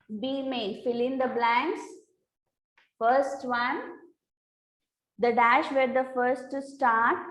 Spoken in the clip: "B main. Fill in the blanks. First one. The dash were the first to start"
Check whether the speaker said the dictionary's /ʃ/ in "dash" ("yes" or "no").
yes